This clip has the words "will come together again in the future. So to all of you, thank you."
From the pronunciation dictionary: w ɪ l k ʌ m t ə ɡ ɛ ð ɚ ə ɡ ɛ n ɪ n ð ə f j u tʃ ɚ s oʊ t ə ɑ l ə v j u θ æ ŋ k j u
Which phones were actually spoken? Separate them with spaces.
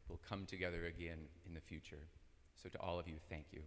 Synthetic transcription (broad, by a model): w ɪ l k ʌ m t ə ɡ ɛ ð ɚ ə ɡ ɛ n ɪ n ð ə f j u tʃ ɚ s oʊ t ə ɑ l ə v j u θ æ ŋ k j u